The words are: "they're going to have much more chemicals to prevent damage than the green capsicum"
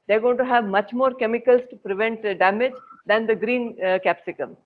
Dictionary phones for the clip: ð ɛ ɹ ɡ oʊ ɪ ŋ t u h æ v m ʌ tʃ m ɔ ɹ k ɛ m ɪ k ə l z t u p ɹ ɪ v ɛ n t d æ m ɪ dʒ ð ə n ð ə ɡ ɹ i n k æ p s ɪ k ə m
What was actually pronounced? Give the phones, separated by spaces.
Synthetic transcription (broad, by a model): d ɛ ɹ ɡ oʊ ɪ t u h æ v m ʌ tʃ m ɔ ɹ k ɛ m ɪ k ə l s t u p ɹ ɪ v ɛ n t d æ m ɪ dʒ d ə n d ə ɡ ɹ i n k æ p s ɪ k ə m